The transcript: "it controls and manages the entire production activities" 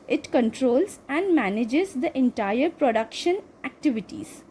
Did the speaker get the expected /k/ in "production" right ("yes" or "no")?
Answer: yes